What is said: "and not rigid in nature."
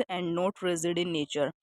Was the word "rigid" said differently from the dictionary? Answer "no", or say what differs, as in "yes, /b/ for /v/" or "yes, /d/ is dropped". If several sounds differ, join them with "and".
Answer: yes, /z/ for /dʒ/